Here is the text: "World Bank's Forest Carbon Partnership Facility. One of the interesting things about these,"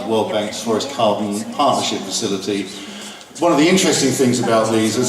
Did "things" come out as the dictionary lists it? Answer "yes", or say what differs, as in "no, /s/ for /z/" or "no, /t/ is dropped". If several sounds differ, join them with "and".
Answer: yes